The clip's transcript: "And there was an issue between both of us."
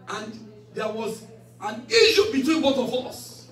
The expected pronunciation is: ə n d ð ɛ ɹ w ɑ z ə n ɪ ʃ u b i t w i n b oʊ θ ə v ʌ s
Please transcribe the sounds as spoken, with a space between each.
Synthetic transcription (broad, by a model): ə n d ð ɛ w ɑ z ə n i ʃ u b i t w i n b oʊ t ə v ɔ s